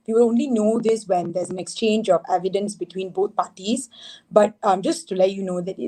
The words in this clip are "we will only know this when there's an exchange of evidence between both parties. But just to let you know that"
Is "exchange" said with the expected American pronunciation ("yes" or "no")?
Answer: yes